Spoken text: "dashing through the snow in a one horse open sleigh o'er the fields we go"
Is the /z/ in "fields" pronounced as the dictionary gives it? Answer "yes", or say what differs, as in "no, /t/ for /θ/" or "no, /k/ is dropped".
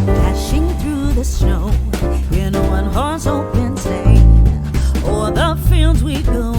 yes